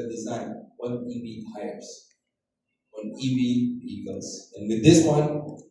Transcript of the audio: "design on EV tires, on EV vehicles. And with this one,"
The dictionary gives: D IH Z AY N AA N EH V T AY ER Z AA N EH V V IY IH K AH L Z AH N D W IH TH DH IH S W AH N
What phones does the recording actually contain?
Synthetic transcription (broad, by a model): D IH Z AY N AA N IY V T AY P S AA N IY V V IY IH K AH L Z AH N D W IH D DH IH S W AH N